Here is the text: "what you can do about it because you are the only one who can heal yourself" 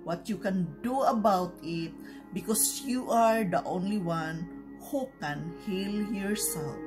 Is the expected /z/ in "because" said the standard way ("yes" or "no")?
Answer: no